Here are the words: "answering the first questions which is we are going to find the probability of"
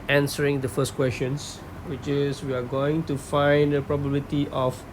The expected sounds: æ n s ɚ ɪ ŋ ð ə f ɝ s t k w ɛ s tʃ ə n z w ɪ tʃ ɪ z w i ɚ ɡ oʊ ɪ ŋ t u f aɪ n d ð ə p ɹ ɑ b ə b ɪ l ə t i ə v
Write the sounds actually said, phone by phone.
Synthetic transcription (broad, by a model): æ n s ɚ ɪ ŋ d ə f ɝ s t k w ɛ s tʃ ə n s w ɪ tʃ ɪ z w i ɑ ɡ oʊ ɪ ŋ t u f aɪ n d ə p ɹ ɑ b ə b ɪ l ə t i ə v